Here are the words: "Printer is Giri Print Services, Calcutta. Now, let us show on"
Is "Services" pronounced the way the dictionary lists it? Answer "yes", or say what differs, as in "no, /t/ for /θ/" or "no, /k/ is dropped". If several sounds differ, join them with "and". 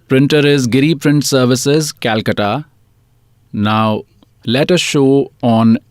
yes